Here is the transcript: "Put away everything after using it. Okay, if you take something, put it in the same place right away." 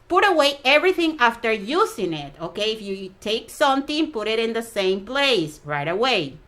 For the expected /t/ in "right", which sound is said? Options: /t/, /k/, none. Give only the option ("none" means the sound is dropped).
/t/